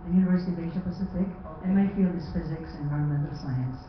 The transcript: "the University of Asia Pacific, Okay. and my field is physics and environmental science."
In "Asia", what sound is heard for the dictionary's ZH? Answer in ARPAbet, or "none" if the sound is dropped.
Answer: SH